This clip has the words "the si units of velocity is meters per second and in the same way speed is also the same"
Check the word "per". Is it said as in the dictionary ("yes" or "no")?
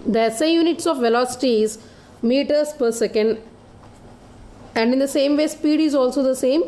yes